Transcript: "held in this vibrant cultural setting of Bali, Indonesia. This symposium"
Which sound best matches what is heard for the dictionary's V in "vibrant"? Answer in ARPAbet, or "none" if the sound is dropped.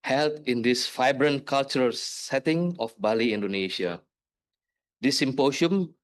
F